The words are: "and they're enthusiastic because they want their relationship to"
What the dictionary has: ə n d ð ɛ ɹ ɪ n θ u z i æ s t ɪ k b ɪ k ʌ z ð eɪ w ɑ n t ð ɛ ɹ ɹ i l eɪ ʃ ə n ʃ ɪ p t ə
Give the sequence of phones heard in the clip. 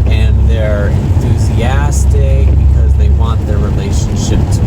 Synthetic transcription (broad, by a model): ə n ð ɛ ɹ ɪ n θ u z i æ s t ɪ k b ɪ k ʌ z ð eɪ w ɑ n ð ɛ ɹ ɹ i l eɪ ʃ ə n ʃ ɪ p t